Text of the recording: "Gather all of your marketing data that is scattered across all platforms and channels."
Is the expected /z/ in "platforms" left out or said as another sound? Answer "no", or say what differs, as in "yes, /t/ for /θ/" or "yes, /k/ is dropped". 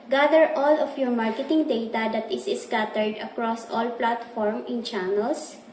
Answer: yes, /z/ is dropped